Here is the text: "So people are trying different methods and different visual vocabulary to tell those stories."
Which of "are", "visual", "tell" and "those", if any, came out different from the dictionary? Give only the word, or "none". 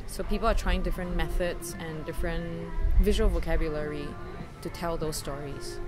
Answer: none